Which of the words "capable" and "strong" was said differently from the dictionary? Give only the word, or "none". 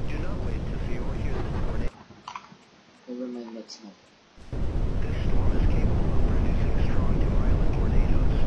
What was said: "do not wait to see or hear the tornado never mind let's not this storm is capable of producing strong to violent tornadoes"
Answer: capable